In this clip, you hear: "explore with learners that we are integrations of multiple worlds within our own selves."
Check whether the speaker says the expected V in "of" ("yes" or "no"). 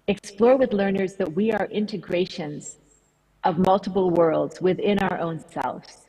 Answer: yes